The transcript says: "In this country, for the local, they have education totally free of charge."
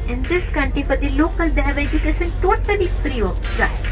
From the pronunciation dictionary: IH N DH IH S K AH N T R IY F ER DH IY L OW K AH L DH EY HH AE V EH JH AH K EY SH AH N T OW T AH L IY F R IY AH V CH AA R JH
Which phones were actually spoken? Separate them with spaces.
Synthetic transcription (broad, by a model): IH N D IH S K AH N T R IY P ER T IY L OW K AH L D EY HH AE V EH JH AH K EY SH AH N T OW T AH L IY P R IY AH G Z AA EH